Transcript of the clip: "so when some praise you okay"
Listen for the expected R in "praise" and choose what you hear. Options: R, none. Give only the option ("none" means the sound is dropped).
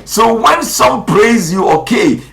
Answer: R